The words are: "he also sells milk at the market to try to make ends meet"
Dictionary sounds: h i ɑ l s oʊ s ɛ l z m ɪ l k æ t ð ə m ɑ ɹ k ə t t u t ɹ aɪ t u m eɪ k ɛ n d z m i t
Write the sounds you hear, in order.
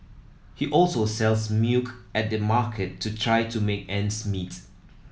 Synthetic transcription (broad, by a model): h i ɑ l s oʊ s ɛ l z m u k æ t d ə m ɑ k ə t t u t ɹ aɪ t u m eɪ k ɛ n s m i t